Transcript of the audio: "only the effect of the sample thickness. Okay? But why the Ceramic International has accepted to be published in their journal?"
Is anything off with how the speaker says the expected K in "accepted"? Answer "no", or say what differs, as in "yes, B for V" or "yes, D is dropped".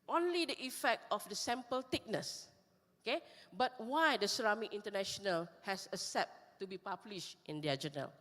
yes, K is dropped